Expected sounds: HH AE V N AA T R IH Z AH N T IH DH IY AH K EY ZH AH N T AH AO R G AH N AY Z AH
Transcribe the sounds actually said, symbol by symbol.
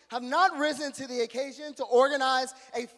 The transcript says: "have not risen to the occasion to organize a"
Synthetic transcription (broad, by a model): HH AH V N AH T R IH Z AH N T IH DH IY AH K EY ZH AH N T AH AO R G AH N AY Z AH